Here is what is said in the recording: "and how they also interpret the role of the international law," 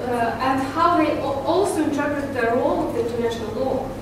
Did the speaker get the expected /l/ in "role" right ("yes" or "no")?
yes